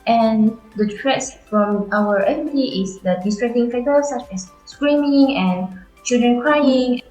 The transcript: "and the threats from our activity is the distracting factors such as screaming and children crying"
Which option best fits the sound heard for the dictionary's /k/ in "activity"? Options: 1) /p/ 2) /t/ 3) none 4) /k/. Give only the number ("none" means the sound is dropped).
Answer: 3